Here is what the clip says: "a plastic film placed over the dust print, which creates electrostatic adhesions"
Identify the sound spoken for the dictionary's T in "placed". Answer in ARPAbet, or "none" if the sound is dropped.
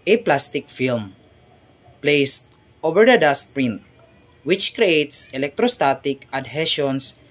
T